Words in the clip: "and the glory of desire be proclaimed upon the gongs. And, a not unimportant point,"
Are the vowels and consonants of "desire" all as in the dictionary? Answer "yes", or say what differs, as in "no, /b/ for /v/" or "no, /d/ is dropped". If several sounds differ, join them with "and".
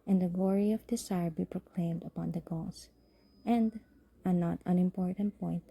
no, /s/ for /z/